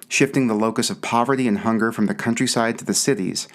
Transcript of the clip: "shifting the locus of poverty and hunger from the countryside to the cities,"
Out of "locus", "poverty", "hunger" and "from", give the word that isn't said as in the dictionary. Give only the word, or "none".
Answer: none